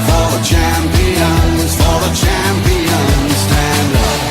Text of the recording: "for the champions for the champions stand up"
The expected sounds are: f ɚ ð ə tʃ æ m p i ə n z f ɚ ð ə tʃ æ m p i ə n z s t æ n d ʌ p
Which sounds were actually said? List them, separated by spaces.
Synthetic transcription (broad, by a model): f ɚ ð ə tʃ æ m p i ə n z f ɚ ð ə tʃ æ m p i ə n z s t æ n d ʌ